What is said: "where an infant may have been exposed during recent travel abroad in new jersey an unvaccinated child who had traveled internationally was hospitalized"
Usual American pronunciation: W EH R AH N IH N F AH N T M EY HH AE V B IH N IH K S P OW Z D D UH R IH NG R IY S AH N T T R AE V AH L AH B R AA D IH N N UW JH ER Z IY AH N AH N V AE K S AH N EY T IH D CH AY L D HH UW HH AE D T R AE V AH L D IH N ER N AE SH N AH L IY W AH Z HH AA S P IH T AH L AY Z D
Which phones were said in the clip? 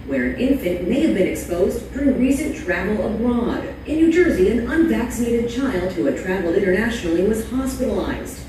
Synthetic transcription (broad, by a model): W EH R AH N IH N F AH N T M EY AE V B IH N IH K S P OW Z D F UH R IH R IY S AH N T T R AE V L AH B R AA D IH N N UW JH ER Z IY AH N AH N V AE K S AH N EY T IH D CH AY L D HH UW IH T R AE V L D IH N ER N AE SH N L IY W AH Z HH AA S P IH T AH L AY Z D